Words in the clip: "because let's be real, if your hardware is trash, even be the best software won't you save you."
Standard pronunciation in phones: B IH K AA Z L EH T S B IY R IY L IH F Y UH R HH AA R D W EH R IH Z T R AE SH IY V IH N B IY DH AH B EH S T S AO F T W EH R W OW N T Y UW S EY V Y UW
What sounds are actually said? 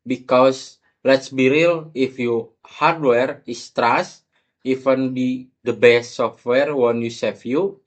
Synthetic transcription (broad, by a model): B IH K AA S L EH T S B IY R IY L IH F Y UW HH AA R D W EH R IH S T R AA S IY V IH N B IY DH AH B EH S T S AO F T W EH R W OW N Y UW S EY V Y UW